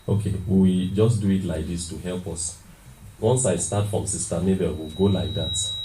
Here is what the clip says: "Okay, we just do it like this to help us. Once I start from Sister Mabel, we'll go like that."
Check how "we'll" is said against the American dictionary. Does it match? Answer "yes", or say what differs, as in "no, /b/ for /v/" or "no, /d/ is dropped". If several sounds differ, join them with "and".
yes